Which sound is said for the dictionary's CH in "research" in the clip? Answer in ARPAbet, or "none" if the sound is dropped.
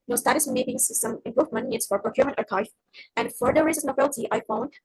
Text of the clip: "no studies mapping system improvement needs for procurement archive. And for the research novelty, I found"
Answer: S